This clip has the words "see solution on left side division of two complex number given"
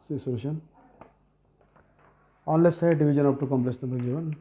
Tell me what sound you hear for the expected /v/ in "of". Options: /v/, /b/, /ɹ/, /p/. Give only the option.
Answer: /p/